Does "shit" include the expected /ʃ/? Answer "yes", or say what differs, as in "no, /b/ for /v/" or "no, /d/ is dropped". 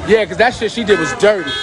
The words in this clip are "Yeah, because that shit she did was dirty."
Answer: no, /s/ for /ʃ/